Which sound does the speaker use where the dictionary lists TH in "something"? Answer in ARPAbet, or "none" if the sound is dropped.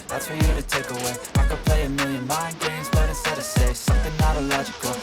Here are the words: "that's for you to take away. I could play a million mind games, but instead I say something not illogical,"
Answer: TH